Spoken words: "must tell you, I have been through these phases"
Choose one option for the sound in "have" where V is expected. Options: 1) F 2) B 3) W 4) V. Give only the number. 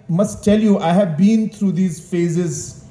4